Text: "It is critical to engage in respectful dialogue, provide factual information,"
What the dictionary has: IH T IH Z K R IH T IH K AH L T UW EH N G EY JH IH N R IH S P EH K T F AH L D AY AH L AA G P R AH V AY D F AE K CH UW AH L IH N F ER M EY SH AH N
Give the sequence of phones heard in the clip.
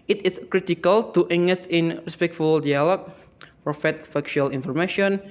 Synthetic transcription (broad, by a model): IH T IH S K R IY T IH K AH L T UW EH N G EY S IH N R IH S P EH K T F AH L D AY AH L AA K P R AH F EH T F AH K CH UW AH L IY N F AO M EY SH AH N